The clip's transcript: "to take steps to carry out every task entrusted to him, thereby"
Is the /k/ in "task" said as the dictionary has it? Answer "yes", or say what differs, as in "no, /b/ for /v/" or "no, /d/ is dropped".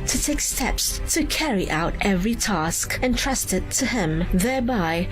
yes